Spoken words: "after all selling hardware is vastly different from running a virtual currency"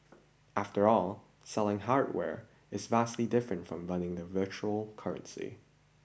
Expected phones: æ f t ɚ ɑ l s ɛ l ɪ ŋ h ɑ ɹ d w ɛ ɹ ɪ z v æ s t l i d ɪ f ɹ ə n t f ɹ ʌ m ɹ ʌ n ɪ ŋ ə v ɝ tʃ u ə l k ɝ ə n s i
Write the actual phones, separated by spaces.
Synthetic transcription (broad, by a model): æ f t ɚ ɑ l s ɛ l ɪ ŋ h ɑ ɹ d w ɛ ɹ ɪ z v æ s t l i d ɪ f ɹ ə n t f ɹ ʌ m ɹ ʌ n ɪ ŋ ə v ɝ tʃ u l k ɝ ə n s i